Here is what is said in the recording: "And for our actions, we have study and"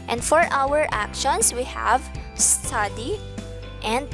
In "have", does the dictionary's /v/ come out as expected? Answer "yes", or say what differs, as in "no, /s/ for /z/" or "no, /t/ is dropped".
yes